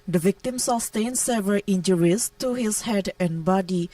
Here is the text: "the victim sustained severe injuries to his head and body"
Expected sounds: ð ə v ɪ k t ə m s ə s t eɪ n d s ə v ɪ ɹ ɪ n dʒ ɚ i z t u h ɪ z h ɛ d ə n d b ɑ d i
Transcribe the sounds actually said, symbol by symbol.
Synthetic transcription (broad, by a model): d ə v ɪ k t ə m s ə s t eɪ n s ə v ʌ l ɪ n dʒ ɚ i s t u h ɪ s h ɛ d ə n b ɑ d i